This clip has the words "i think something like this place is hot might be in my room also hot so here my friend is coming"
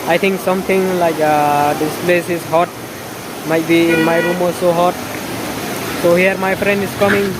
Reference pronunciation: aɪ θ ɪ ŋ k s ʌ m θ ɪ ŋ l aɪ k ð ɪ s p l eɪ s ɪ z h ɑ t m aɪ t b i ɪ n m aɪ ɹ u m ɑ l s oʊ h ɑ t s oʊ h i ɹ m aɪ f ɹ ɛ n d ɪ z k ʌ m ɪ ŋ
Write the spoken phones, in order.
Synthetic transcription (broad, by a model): aɪ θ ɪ ŋ k s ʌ m t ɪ ŋ l aɪ k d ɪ s p l eɪ s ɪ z h ɑ t m aɪ t b i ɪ n m aɪ ɹ u m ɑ s oʊ h ɑ t s oʊ h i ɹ m aɪ f ɹ ɛ n d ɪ s k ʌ m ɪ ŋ